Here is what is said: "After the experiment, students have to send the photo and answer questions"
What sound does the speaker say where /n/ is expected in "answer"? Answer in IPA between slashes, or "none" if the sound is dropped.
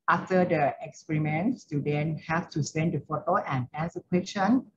none